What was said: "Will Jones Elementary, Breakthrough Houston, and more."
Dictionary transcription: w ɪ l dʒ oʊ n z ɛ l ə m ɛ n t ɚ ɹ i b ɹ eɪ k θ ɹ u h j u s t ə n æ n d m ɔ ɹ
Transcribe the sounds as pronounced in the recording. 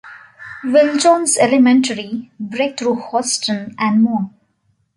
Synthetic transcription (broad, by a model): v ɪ l dʒ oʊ n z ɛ l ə m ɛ n t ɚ ɹ i b ɹ eɪ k t ɹ u h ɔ s t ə n æ n d m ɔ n